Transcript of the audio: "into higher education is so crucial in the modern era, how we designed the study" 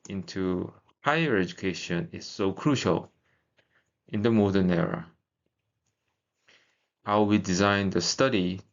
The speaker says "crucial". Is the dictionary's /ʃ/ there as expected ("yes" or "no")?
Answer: yes